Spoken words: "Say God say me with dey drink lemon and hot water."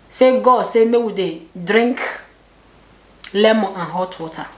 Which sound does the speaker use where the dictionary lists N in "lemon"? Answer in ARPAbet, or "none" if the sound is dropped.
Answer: none